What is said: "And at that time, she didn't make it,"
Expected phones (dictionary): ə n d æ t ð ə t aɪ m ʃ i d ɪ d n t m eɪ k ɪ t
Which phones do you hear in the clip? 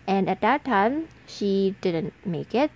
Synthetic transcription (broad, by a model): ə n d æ t ð ə t aɪ m ʃ i d ɪ d n t m eɪ k ɪ t